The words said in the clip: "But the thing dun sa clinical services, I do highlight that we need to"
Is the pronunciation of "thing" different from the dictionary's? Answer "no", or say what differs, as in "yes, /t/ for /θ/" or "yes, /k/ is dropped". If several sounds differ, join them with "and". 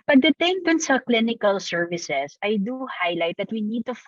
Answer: yes, /t/ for /θ/